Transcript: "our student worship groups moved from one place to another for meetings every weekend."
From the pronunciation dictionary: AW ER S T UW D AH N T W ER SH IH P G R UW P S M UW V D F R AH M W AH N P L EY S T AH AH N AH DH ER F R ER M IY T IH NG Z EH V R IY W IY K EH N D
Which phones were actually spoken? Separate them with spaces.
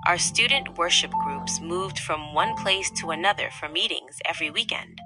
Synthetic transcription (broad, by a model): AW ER S T UW D N T W ER SH IH P G R UW P S M UW V D F R AH M W AH N P L EY S T AH AH N AH DH ER F R ER M IY T IH NG Z EH V R IY W IY K EH N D